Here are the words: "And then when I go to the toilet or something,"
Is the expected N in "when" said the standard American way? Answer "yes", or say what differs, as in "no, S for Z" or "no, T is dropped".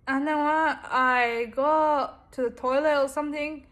no, N is dropped